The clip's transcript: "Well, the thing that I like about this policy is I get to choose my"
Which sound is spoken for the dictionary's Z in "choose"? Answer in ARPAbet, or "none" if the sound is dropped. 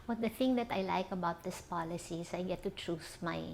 S